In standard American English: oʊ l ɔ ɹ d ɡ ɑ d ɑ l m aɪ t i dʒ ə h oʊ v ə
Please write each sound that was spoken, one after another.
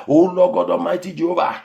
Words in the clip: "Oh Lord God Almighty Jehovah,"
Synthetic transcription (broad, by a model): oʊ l ɔ ɡ ɑ d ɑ m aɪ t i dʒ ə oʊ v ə